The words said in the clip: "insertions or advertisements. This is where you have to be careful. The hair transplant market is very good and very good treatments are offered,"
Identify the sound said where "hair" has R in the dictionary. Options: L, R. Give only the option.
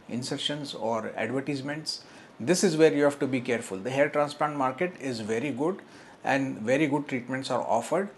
L